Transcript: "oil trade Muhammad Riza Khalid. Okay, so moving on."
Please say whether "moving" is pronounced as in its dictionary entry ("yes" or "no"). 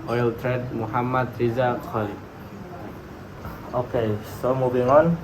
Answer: no